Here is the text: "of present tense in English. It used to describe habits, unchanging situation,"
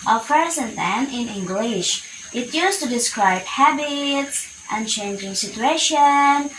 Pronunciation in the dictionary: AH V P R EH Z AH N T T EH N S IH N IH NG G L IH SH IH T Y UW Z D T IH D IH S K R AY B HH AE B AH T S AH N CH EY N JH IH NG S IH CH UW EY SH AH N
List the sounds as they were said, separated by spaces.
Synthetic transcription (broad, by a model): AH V P R EH Z AH N T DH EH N IH N IH NG G L IH SH IH T Y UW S T IH D IH S K R AY B HH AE B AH T S AH N CH EY N JH IH NG S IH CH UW EY SH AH N